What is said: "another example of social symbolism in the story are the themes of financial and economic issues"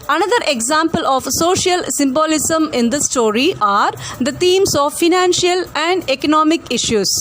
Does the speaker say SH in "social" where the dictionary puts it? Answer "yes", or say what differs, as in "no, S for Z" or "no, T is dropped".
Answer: yes